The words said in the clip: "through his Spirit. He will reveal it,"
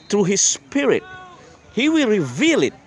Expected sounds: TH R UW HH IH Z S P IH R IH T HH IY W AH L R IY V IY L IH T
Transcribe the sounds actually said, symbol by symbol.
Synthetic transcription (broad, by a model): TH R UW HH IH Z S P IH R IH T HH IY W AH L R IY V IY L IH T